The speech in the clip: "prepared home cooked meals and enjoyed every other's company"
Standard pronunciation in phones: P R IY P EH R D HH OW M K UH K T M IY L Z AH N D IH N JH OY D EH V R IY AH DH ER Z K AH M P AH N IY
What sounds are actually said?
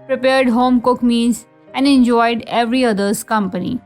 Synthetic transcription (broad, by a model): P R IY P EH R D HH OW M K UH K M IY N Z AH N D IH N JH OY D EH V R IY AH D ER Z K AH M P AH N IY